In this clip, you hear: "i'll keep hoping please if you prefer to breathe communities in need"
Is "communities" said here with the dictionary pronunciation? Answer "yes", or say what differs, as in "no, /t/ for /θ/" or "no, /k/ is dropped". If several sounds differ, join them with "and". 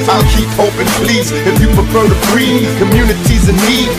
yes